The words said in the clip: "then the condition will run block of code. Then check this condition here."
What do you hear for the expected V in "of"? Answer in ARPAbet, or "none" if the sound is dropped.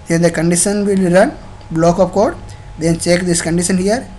P